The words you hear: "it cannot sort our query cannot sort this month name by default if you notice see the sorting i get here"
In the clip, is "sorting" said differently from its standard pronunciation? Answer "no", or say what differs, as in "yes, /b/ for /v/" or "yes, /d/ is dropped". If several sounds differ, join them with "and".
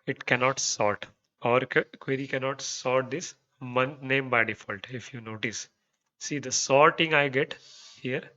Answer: no